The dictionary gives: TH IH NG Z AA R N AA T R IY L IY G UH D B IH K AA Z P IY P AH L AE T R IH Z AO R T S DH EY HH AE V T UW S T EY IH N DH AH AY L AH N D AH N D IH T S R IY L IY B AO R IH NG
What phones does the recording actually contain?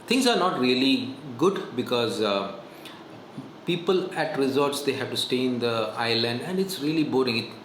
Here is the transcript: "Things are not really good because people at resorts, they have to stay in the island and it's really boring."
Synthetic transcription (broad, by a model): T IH NG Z AA R N AA T R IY L IY G UH D B IH K AA Z P IY P AH L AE T R IH Z AO R T S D EY HH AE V T UW S T EY IH N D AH AY L AH N D AH N D IH T S R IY L IY B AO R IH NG